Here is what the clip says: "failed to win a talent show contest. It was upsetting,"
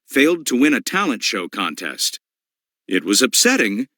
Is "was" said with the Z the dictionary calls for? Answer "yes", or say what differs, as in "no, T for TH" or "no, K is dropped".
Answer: yes